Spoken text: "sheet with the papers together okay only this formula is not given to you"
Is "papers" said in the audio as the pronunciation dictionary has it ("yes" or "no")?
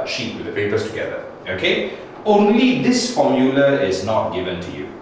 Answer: no